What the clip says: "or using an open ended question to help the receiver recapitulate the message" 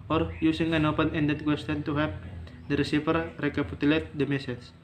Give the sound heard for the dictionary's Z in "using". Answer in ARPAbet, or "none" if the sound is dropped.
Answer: S